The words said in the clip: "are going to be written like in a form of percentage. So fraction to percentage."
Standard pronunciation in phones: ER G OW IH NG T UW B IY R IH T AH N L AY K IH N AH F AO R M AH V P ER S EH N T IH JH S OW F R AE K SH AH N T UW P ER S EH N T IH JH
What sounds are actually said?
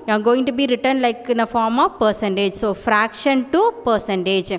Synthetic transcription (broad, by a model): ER G OW IH NG T UW B IY R IH T AH N L AY K IH N AH F AO R M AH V P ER S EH N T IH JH S OW F R AE K SH AH N T UW P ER S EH N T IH JH